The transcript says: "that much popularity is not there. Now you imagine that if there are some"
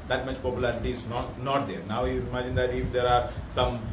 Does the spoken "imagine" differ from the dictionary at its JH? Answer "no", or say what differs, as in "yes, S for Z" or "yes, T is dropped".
no